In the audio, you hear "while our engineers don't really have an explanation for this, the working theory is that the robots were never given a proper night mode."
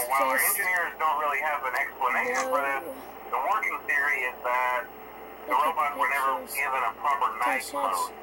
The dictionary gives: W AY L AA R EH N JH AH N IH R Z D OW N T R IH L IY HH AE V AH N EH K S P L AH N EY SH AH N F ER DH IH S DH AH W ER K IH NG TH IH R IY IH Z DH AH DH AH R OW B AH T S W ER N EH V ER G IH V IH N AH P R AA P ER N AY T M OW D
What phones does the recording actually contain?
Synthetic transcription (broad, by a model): W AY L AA R EH N JH AH N IH R Z D OW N T R IH L IY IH V AH N EH K S P L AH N EY SH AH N F ER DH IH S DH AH W ER K IH NG TH IH R IY IH Z DH AH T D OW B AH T W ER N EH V ER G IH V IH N AH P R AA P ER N AY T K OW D